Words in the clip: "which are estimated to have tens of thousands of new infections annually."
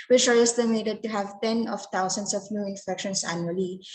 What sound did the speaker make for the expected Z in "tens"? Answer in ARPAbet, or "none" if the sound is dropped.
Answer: none